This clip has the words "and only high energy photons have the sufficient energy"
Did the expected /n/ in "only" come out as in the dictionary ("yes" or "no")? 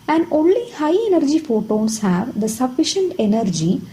yes